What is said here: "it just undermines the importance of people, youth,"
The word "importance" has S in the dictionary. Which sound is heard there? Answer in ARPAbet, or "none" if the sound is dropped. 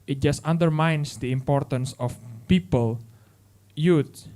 S